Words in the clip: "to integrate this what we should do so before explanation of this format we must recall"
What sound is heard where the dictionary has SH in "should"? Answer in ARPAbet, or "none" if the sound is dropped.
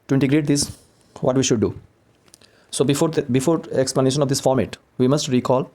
SH